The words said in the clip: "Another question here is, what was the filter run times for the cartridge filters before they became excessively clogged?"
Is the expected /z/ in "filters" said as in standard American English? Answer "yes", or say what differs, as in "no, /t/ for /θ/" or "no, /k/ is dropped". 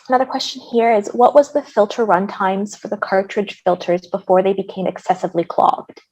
yes